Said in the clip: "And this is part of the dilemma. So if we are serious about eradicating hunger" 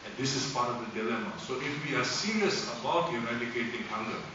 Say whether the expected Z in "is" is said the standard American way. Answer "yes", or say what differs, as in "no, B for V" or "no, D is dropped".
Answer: no, S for Z